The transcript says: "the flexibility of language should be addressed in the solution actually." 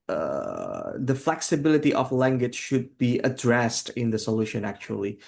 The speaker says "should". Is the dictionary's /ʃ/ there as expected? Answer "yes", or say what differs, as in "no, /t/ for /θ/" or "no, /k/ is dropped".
yes